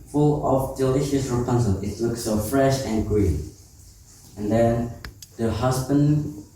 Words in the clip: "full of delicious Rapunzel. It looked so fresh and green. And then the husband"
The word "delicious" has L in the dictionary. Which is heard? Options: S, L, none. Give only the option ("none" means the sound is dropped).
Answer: L